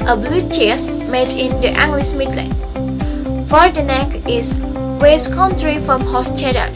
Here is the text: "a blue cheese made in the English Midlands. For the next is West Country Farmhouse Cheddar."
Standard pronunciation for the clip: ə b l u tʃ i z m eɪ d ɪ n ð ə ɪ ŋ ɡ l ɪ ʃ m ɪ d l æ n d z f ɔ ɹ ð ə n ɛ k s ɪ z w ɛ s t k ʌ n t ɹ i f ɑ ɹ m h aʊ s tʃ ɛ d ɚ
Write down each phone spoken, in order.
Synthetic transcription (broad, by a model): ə b l u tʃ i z m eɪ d ɪ n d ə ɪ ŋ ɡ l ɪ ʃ m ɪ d l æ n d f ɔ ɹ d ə n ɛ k ɪ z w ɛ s k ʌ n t ɹ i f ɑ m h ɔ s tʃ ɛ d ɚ